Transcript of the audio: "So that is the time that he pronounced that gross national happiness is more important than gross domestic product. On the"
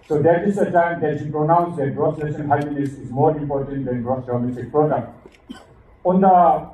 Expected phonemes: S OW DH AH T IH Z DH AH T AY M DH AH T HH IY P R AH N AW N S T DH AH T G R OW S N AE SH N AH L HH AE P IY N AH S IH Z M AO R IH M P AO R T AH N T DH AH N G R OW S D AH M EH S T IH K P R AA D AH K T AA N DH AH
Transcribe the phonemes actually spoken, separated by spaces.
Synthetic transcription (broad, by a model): S OW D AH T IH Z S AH T AY M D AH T HH IY P R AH N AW N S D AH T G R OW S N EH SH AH N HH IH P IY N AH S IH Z M AO R IH M P AO R T AH N T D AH N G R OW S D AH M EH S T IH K P R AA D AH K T AA N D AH